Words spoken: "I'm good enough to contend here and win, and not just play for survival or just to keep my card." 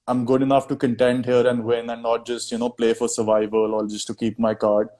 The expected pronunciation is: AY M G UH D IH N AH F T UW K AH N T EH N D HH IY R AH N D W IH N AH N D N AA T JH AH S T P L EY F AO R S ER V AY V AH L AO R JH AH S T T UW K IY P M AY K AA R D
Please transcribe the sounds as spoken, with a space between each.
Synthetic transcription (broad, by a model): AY M G UH D IH N AH F T UW K AH N T EH N D HH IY R AH N D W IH N AH N D N AA T JH AH S T P L EY F AO R S ER V AY V AH L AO L JH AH S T T UW K IY P M AY K AA R D